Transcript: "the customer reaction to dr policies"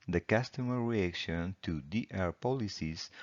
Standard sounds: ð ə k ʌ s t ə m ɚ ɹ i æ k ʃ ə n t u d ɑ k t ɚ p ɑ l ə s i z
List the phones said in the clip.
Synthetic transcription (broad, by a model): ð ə k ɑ s t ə m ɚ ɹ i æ k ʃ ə n t u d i t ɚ p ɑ l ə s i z